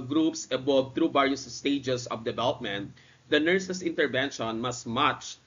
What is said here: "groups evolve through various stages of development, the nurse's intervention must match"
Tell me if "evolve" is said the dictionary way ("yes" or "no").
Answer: no